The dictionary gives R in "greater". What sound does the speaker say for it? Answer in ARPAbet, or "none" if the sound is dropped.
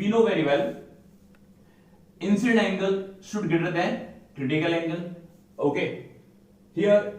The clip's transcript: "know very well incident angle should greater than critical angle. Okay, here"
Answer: none